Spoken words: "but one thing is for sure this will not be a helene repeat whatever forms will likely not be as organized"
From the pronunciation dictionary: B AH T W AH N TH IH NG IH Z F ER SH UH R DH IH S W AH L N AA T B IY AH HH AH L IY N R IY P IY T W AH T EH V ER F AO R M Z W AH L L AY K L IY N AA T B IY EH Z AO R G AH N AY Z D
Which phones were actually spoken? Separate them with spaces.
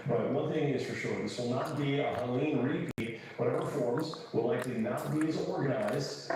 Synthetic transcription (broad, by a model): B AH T W AH N TH IH NG IH Z F ER SH UH R DH IH S W AH L N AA T B IY AH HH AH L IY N R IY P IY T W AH T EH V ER F AO R M Z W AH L L AY K L IY N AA T B IY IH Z AO R G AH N AY Z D